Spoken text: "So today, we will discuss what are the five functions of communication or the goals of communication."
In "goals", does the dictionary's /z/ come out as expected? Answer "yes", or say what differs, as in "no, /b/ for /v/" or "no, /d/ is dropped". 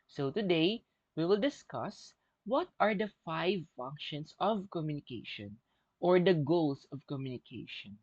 no, /s/ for /z/